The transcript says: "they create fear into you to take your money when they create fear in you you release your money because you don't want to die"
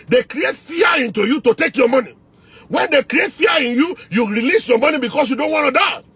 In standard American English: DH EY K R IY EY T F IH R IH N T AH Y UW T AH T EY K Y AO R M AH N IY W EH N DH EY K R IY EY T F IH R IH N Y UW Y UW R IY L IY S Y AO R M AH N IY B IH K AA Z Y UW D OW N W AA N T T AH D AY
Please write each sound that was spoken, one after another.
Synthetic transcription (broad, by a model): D EY K R IY EY T F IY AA IH N T AH Y UW T AH T EY K Y AO M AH N IY W EH N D EY K R IY EY T F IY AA IH N Y UW Y UW R IY L IY S Y AO M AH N IY B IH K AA S Y UW D OW N W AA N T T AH D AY